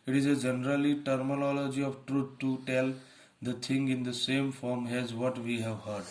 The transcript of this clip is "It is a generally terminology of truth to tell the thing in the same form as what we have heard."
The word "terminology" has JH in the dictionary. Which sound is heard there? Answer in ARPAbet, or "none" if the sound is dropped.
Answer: JH